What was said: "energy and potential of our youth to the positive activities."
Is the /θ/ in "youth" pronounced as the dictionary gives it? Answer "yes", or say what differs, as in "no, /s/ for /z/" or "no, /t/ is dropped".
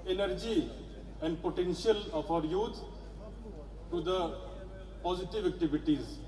no, /t/ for /θ/